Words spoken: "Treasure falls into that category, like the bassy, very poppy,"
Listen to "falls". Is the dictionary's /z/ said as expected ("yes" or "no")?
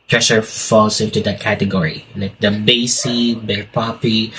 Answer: no